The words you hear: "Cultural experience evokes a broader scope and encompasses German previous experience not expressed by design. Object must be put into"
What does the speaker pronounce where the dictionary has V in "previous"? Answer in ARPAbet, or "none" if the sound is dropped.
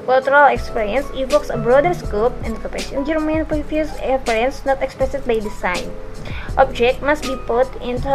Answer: F